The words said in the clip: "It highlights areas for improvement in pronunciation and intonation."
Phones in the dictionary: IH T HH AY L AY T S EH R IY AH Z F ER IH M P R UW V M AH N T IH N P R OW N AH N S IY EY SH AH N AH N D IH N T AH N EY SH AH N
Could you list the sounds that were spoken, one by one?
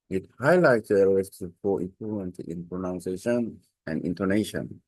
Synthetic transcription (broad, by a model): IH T HH AY L AY T S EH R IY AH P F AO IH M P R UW M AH N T IH N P R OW N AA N S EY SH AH N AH N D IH N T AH N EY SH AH N